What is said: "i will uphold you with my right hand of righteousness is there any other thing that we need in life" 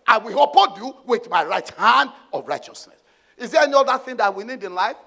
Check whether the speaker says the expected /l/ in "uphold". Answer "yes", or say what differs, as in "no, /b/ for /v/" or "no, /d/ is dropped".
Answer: no, /l/ is dropped